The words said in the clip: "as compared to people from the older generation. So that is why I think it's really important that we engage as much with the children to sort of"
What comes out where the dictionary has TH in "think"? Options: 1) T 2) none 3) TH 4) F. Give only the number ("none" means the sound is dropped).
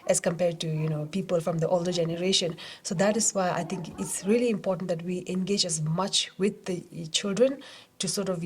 1